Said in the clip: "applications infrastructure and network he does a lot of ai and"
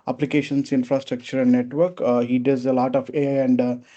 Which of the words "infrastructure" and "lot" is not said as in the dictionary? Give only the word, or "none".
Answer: none